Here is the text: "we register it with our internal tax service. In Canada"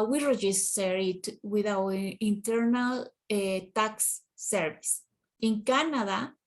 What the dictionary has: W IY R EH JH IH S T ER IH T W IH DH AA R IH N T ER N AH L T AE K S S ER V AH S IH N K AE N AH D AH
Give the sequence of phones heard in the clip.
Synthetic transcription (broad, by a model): W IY R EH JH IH S T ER IH T W IH DH AA W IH N T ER N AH L T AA K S S ER V AH S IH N K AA N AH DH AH